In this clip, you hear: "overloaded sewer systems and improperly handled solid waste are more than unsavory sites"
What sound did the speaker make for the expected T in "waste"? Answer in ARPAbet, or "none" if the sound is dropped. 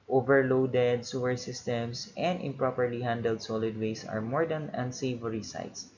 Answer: none